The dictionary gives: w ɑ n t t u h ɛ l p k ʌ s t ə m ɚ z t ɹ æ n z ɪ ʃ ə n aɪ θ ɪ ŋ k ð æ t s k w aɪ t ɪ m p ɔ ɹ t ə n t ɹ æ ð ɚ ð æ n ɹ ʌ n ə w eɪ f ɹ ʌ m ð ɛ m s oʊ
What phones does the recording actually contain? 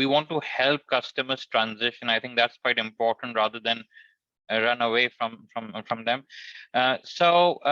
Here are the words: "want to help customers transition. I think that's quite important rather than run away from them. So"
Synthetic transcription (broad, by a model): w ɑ n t t u h ɛ l p k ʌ s t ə m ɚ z t ɹ æ n z ɪ ʃ ə n aɪ t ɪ ŋ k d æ t s k w aɪ t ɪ m p ɔ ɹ t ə n t ɹ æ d ɚ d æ n ɹ ʌ n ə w eɪ f ɹ ʌ m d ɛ m s oʊ